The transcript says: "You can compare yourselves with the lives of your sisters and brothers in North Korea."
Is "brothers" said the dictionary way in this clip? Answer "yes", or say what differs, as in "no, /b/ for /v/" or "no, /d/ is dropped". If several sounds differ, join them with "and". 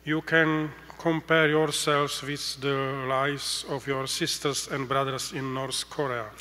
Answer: no, /s/ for /z/